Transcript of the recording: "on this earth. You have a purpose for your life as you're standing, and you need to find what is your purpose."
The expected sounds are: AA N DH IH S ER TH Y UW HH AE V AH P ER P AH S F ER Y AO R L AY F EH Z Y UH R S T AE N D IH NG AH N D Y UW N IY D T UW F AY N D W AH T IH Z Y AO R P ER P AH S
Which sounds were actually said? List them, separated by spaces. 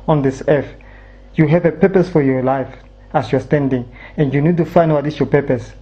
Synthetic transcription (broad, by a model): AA N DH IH S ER F Y UW HH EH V AH P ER P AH S F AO Y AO L AY F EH S Y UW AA S T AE N D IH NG AH N D Y UW N IY D T UW F AY N D W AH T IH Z Y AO P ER P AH S